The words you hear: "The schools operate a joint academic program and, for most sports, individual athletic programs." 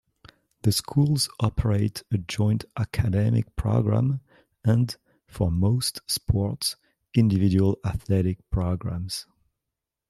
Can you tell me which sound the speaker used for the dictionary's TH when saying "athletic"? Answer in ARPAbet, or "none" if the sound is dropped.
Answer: TH